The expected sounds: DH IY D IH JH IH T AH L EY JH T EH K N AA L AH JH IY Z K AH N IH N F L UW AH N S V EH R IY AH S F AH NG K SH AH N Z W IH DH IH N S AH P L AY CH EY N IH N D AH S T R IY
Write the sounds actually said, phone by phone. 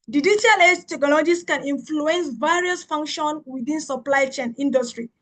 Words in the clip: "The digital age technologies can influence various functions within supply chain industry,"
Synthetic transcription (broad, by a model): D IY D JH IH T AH L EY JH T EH K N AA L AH JH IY S K AH N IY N F L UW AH N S V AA R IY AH S F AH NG K SH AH N W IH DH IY N S AH P L AY CH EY N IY N D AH S T R IY